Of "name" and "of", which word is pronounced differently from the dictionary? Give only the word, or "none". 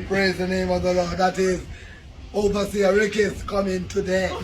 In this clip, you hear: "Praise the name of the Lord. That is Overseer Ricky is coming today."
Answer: none